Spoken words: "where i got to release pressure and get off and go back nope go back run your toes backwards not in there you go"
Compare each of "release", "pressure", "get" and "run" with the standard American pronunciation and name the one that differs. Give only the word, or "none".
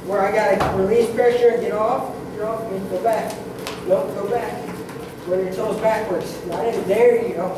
run